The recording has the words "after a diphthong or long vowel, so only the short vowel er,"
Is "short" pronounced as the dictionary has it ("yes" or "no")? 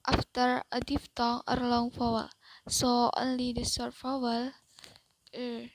no